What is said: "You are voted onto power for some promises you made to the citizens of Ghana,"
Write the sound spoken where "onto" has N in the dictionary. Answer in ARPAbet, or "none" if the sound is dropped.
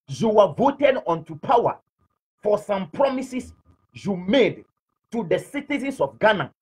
N